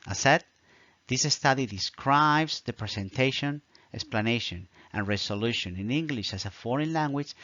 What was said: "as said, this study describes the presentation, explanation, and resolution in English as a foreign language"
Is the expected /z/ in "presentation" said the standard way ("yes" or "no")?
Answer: no